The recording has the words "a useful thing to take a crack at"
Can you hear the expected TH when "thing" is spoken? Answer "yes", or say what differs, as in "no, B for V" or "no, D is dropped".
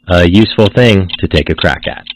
yes